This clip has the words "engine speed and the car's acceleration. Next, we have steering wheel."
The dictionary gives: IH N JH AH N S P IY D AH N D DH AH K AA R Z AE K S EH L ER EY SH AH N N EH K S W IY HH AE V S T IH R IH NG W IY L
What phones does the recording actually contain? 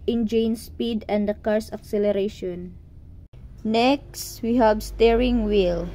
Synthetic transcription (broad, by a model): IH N JH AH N S P IY D AH N D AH K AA R S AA K S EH L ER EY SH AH N N EH K S W IY HH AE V S T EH R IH NG W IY L